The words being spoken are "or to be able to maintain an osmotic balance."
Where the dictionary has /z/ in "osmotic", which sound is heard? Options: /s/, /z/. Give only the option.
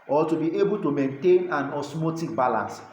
/s/